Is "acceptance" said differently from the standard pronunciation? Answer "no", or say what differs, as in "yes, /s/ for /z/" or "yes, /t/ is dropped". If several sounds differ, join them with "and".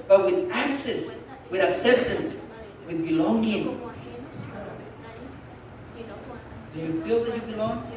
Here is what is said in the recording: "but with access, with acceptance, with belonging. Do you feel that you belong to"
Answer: yes, /k/ is dropped